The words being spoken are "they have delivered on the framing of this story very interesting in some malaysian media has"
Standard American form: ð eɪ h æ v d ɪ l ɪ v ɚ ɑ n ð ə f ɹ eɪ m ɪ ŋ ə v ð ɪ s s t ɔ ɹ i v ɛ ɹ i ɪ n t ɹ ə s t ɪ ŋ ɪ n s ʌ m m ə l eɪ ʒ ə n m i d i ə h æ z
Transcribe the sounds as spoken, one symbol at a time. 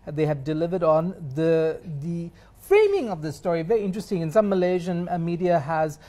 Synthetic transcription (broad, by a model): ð eɪ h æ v d ɪ l ɪ v ɚ ɑ n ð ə f ɹ eɪ m ɪ ŋ ə v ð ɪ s s t ɔ ɹ i v ɛ ɹ i ɪ n t ɹ ə s t ɪ ŋ ɪ n s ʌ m m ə l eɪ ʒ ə n m i d i ə h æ z